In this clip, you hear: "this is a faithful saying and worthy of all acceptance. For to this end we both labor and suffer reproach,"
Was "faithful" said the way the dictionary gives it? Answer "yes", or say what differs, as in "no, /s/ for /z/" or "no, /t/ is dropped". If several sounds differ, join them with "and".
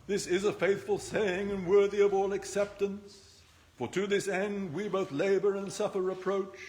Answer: yes